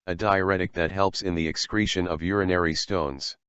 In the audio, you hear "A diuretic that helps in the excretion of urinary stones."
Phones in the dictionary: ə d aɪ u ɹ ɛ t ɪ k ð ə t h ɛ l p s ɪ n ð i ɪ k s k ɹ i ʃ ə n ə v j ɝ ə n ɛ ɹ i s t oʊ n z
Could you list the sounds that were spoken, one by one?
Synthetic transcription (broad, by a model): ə d aɪ u ɹ ɛ t ɪ k ð ə t h ɛ l p s ɪ n ð i ɪ k s k ɹ i ʃ ə n ə v j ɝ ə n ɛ ɹ i s t oʊ n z